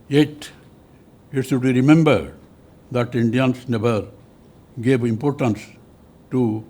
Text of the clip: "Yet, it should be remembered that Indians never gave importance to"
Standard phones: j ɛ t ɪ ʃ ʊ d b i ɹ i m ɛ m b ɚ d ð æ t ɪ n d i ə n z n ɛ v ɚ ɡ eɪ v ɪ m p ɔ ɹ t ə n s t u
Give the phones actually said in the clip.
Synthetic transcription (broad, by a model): j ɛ t ɪ s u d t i ɹ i m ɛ m b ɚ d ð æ t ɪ n d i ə n s n ɛ v ɚ ɡ eɪ v ɪ m p ɔ ɹ t ə n s t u